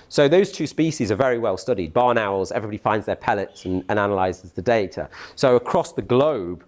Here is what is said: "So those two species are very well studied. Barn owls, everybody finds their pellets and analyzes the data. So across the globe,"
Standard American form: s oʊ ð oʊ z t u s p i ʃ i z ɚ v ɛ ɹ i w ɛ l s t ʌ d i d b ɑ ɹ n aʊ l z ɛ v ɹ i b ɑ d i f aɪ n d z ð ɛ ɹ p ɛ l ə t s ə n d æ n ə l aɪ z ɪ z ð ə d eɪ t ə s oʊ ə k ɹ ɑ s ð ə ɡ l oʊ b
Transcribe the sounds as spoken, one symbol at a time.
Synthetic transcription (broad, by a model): s oʊ ð oʊ z t u s p i ʃ i z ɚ v ɛ ɹ i w ɛ l s t ʌ d i d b ɑ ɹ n aʊ l z ɛ v ɹ i b ɑ d i f aɪ n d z ð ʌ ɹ p ɛ l ə t s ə n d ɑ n ə l aɪ z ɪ z ð ə d eɪ t ə s oʊ ə k ɹ ɑ s ð ə ɡ l oʊ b